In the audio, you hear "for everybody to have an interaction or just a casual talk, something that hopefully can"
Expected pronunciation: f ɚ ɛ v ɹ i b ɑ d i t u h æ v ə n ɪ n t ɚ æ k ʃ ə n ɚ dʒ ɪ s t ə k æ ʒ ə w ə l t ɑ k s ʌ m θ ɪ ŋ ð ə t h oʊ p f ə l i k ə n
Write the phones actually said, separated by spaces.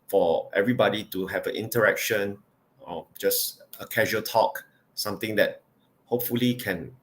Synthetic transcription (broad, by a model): f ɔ ɛ v ɹ i b ɑ d i t u h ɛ v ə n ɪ n t ɚ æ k ʃ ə n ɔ dʒ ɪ s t ə k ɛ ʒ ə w ə l t ɑ k s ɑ m t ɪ ŋ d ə t h oʊ p f ə l i k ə n